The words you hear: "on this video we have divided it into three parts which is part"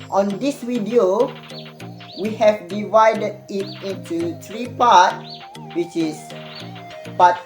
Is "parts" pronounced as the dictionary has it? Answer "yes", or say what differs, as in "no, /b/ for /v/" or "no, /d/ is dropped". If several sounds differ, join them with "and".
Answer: no, /s/ is dropped